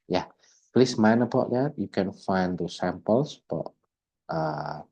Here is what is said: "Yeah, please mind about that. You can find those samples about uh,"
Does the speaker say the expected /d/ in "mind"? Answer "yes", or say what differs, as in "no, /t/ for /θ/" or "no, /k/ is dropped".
no, /d/ is dropped